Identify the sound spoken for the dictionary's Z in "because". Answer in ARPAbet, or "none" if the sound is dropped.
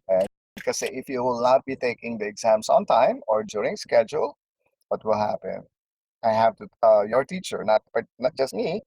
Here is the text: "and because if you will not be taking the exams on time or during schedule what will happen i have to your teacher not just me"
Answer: none